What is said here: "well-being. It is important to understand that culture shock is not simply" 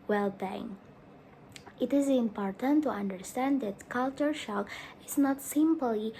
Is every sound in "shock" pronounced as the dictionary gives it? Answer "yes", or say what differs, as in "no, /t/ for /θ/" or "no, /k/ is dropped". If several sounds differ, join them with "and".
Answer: yes